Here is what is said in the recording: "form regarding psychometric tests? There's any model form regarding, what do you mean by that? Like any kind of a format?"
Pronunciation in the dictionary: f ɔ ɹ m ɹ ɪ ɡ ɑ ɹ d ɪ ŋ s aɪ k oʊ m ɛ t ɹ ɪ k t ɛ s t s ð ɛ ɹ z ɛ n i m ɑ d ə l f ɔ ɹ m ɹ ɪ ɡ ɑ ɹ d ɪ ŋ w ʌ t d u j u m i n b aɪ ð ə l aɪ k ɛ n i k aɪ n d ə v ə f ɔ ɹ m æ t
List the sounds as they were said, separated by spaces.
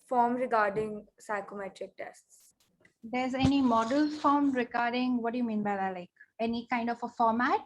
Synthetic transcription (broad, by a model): f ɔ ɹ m ɹ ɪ ɡ ɑ ɹ d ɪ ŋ s aɪ k oʊ m ɛ t ɹ ɪ k t ɛ s t s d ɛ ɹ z ɛ n i m ɑ d ə l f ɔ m ɹ ɪ ɡ ɑ ɹ d ɪ ŋ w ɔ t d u j u m i n b aɪ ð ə l aɪ k ɛ n i k aɪ n d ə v ə f ɔ ɹ m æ t